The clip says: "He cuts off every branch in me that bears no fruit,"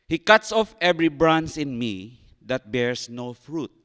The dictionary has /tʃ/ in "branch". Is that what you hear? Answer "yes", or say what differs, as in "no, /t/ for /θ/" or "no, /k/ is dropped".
no, /s/ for /tʃ/